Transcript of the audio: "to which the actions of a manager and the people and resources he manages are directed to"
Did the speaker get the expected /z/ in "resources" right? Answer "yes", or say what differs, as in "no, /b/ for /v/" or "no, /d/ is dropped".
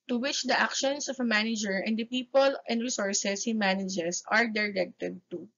no, /s/ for /z/